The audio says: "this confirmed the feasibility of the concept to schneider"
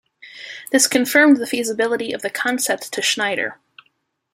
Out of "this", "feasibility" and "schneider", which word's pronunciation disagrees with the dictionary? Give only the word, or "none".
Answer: none